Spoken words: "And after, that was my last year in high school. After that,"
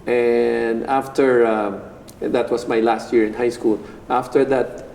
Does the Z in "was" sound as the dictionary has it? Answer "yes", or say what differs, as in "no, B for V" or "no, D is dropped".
no, S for Z